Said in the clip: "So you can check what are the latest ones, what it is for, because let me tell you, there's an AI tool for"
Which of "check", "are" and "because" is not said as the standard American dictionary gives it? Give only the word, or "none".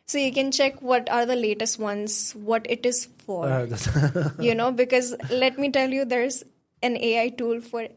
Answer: none